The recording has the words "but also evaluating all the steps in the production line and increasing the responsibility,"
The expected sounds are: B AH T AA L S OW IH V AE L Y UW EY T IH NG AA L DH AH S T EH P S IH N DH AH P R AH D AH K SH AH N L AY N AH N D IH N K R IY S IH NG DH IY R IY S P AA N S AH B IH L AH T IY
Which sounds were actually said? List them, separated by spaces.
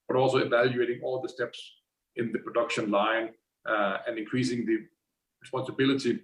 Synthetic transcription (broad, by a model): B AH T AA L S OW IH V AE L Y UW EY T IH NG AA L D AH S T EH P S IH N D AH P R AH D AH K SH AH N L AY N AH N D IH N K R IY S IH NG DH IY R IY S P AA N S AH B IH L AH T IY